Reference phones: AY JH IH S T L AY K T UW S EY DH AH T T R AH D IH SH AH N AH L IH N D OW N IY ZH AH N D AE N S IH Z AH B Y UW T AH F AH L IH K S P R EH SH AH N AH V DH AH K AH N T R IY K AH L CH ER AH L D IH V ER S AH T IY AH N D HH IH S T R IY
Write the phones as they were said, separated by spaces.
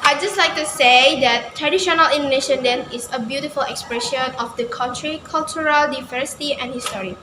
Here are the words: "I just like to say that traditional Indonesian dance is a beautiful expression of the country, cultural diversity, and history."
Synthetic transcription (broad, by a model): AY JH IH S T L AY K T UW S EY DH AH T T R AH D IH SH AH N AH L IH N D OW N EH SH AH N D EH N IH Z AH B Y UW T AH F AH L IH K S P R EH SH AH N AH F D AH K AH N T R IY K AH L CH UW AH L D IH V ER S AH T IY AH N HH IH S T R IY